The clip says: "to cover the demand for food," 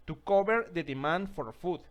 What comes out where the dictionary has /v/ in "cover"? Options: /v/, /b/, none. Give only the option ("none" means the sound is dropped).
/b/